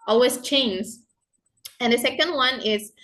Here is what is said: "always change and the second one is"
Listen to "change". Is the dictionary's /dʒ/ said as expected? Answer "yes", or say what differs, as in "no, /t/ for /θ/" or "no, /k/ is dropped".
no, /z/ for /dʒ/